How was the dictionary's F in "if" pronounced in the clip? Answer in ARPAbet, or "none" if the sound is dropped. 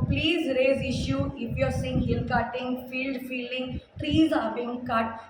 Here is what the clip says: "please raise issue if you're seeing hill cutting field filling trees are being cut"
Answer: P